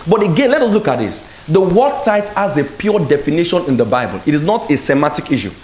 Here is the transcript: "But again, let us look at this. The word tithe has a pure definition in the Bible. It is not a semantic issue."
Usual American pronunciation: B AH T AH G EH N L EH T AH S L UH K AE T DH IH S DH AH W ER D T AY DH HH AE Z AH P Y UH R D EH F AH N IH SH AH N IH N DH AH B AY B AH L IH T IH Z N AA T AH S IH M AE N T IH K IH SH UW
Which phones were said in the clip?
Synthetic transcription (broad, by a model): B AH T AH G EH N L EH T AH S L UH K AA T DH IH S DH AH W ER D T AY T HH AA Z AH P Y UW D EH F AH N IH SH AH N IH N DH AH B AY B AH L IH T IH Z N AA T AH S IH M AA T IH K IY SH UW